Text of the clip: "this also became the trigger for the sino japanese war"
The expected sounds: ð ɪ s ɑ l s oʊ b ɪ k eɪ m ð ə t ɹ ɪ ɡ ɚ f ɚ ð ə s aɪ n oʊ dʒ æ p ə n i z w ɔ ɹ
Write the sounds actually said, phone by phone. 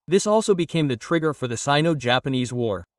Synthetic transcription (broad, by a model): ð ɪ s ɑ l s oʊ b ɪ k eɪ m ð ə t ɹ ɪ ɡ ɚ f ɚ ð ə s aɪ n oʊ dʒ æ p ə n i z w ɔ ɹ